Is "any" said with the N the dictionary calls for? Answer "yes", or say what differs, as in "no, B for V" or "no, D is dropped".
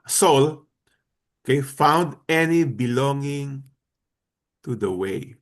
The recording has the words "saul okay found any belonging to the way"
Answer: yes